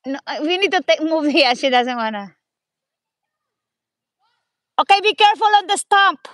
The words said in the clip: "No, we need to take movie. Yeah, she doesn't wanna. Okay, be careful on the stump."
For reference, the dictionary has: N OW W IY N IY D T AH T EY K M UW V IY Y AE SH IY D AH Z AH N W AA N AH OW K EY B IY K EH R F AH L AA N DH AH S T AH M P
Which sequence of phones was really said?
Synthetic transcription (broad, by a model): N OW W IY N IY D T AH T EY K M UW V IY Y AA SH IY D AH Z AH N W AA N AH OW K EY B IY K EH R F AH L AA N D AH S T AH M P